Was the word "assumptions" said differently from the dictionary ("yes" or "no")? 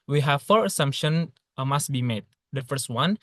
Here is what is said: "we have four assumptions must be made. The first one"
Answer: yes